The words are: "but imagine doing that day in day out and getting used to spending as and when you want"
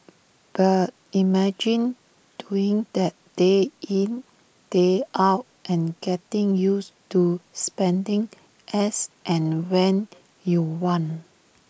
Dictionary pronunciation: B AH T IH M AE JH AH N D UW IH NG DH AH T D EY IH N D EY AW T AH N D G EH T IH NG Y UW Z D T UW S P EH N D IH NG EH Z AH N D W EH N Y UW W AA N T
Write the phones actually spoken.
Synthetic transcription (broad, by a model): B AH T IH M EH JH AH N D UW IH NG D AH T D EY IH N D EY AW T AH N G EH T IH NG Y UW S T UW S P EH N D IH NG EH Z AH N W EH N Y UW W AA N